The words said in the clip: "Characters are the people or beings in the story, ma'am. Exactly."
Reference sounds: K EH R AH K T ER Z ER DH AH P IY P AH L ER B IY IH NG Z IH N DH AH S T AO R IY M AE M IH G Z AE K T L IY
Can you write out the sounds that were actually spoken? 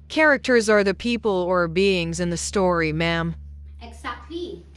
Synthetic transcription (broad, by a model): K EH R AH K T ER Z ER DH AH P IY P AH L ER B IY IH NG Z IH N DH AH S T AO R IY M AE M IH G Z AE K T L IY